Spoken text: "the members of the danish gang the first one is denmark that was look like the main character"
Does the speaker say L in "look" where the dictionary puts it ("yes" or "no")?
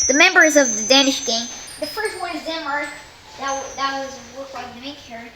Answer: no